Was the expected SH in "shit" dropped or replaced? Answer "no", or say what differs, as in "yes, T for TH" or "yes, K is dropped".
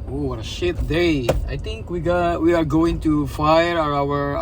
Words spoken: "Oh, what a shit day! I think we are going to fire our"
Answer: no